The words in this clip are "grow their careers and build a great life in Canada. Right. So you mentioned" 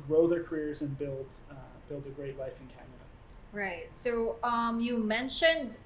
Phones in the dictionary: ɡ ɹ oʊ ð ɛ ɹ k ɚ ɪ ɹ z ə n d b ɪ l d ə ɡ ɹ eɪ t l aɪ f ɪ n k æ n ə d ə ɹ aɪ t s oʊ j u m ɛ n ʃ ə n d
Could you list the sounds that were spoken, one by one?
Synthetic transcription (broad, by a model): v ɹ oʊ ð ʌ ɹ k ɚ ɪ ɹ z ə n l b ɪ l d ə ɡ ɹ eɪ t l aɪ f ɪ n k æ n ə d ə ɹ aɪ t s oʊ j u m ɛ n ʃ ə n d